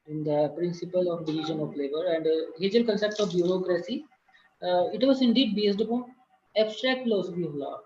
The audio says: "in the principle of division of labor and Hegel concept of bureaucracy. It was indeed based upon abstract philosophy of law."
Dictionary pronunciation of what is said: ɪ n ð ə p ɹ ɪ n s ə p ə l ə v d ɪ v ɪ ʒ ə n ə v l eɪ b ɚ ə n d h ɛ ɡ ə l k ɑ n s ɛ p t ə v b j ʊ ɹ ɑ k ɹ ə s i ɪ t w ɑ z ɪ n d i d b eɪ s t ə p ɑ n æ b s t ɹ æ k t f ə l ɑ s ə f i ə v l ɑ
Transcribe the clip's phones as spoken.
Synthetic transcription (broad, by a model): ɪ n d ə p ɹ ɪ n s ə p ə l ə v d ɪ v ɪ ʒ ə n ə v l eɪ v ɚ ə n d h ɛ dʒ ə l k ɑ n s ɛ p t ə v b j ʊ ɹ ɑ k ɹ ə s i ɪ t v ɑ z ɪ n d i d b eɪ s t ə p ɑ n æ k s t ɹ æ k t f ə l ɑ s ə f i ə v l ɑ